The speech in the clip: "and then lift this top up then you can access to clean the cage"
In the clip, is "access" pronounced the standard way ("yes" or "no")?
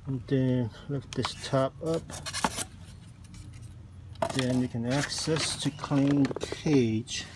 yes